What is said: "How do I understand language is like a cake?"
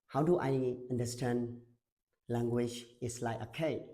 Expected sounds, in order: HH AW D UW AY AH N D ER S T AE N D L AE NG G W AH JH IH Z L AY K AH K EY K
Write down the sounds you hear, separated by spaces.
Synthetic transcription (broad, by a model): HH AW D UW AY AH N D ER S T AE N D L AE NG G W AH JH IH S L AY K AH K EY